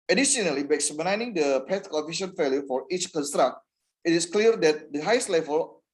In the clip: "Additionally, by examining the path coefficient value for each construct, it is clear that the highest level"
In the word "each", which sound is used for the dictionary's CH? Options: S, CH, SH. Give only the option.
CH